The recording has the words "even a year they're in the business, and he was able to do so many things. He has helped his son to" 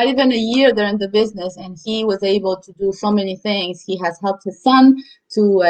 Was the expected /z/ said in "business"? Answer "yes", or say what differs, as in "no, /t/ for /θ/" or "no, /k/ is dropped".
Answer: yes